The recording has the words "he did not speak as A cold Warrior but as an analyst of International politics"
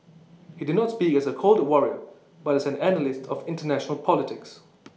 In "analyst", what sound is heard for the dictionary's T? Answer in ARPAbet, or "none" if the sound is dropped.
T